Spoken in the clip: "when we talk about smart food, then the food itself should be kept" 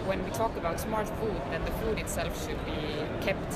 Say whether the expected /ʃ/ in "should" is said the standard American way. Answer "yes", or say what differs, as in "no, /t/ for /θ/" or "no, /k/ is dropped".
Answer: yes